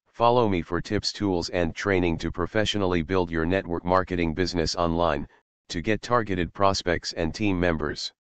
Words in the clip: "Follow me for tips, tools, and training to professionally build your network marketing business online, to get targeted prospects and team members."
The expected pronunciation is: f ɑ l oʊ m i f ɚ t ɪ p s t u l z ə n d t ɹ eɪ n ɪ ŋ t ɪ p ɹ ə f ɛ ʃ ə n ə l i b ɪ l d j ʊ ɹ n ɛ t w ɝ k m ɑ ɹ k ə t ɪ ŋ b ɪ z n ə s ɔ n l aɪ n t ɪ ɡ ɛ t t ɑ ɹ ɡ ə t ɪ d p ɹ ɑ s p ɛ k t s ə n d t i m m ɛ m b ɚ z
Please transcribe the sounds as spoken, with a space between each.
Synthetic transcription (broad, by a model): f ɑ l oʊ m i f ɚ t ɪ p s t u l z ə n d t ɹ eɪ n ɪ ŋ t ɪ p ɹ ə f ɛ ʃ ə n l i b ɪ l d j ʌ ɹ n ɛ t w ɝ k m ɑ ɹ k ə t ɪ ŋ b ɪ z n ə s ɔ n l aɪ n t ɪ ɡ ɛ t t ɑ ɹ ɡ ə t ɪ d p ɹ ɑ s p ɛ k t s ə n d t i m m ɛ m b ɚ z